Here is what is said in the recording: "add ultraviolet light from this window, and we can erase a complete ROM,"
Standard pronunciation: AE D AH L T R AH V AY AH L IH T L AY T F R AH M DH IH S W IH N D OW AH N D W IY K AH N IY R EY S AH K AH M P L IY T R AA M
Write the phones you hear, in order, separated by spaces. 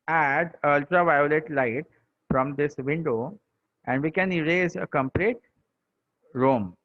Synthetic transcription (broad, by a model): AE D AH L T R AH V AY AH L IH T L AY T F R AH M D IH S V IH N D OW AH N D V IY K AH N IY R EY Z AH K AH M P L IY T R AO M